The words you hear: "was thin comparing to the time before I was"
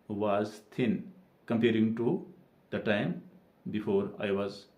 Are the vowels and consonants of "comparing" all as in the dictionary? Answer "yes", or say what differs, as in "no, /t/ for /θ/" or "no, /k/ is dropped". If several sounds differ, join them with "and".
yes